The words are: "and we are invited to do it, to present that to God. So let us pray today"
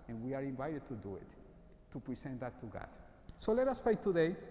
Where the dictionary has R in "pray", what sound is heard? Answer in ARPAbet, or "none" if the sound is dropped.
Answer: none